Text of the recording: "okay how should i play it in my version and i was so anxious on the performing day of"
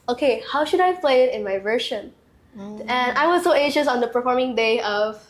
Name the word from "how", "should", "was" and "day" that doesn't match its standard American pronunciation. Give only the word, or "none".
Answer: none